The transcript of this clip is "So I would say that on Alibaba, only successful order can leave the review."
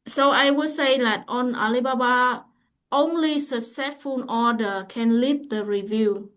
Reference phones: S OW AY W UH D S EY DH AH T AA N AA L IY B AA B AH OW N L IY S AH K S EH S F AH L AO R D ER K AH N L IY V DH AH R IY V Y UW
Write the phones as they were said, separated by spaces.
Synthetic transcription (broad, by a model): S OW AY W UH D S EY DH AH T AA N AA L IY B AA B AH OW N L IY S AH S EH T F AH N AO D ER K AH N L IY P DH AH R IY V Y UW